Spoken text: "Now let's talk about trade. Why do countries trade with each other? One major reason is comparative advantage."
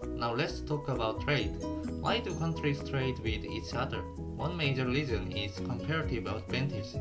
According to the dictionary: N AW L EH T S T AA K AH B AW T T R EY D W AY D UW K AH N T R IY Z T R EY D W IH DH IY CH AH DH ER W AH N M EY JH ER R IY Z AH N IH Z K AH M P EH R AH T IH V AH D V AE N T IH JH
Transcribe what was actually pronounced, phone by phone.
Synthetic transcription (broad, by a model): N AW L EH T S T AA K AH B AW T T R EY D W AY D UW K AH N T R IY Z T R EY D W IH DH IY CH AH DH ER W AH N M EY JH ER L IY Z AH N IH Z K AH M P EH R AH T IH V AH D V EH N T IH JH